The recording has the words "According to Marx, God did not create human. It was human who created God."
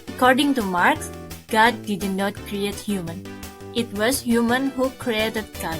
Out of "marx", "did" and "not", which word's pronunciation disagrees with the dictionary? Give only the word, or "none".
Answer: none